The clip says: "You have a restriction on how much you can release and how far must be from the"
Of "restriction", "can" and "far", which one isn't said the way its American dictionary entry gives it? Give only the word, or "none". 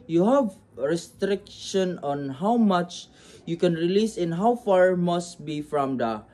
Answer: none